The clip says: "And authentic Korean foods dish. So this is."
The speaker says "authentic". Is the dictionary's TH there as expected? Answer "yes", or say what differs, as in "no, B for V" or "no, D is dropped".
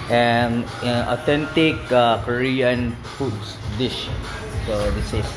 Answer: no, T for TH